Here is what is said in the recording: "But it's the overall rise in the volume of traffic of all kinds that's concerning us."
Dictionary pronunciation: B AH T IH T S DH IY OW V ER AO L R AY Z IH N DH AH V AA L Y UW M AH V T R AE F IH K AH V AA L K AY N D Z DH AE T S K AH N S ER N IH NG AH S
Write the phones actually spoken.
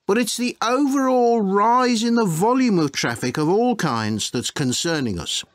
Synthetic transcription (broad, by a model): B AH T IH T S DH IY OW V ER AO L R AY Z IH N DH AH V AA L Y UW M AH V T R AE F IH K AH V AA L K AY N D Z DH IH T S K AH N S ER N IH NG AH S